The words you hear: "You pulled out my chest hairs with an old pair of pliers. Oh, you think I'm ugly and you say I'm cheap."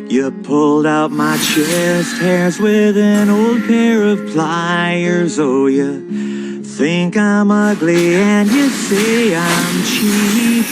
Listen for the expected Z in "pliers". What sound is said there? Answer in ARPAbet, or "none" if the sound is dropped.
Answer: Z